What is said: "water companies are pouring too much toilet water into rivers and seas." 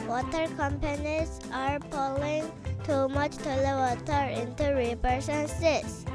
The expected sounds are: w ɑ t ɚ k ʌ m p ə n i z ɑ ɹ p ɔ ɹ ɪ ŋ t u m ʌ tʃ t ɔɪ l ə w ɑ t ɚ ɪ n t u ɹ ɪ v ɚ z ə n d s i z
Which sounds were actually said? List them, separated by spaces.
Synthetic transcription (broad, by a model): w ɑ t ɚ k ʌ m p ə n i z ɑ ɹ p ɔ l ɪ ŋ t u m ʌ tʃ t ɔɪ l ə w ɑ t ɚ ɪ n t u ɹ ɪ p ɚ s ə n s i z